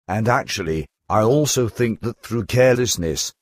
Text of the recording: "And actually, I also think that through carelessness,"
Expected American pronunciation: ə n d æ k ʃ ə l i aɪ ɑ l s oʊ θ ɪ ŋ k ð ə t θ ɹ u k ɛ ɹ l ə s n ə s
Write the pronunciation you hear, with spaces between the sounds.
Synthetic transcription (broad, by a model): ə n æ k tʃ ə l i aɪ ɑ l s oʊ θ ɪ ŋ k ð ə t θ ɹ u k ɛ ɹ l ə s n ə s